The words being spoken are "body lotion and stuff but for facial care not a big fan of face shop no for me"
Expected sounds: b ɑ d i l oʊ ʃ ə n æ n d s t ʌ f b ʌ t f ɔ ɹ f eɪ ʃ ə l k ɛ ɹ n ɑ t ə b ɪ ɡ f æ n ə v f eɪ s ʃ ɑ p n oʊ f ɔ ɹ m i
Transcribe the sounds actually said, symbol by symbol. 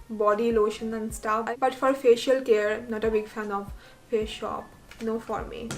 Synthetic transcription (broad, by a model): b ɑ d i l oʊ ʃ ə n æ n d s t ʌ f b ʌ t f ɔ ɹ f eɪ ʃ ə l k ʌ ɹ n ɑ t ə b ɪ ɡ f æ n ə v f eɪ ʃ ɑ p n oʊ f ɔ ɹ m i